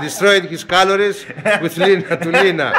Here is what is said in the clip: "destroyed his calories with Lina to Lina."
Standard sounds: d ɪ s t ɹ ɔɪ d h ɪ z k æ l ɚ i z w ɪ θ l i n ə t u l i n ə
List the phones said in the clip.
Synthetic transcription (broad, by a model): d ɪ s t ɹ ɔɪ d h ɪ s k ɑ l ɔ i s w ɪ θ l i n ə t u l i n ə